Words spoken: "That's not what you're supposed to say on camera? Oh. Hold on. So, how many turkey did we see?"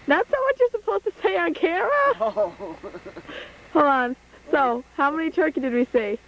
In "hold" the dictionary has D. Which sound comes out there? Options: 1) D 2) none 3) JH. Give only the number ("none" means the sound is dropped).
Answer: 2